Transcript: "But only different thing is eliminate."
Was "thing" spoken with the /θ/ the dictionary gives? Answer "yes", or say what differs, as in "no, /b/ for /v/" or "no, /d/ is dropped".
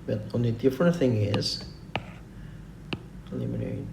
yes